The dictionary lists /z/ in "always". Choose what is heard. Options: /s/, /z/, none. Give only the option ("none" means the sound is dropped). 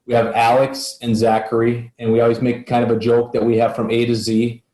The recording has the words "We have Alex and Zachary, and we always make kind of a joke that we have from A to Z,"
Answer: /z/